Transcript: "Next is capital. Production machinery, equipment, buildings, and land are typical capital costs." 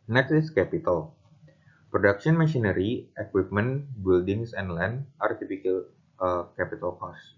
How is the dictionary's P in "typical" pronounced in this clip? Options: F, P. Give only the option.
F